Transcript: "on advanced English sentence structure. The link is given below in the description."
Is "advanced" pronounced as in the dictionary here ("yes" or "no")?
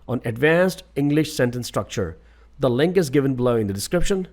yes